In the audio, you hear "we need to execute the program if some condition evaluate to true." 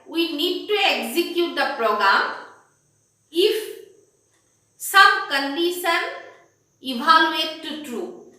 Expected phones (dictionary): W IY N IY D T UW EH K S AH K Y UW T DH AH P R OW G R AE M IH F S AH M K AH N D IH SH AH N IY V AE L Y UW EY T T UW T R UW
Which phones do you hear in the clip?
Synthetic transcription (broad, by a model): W IY N IY D T UW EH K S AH K Y UW T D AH P R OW G R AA M IH F S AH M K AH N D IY S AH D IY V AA L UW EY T T UW T R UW